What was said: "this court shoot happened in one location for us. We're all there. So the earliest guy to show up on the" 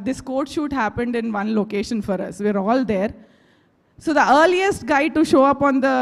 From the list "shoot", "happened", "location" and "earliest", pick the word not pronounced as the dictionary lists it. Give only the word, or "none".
none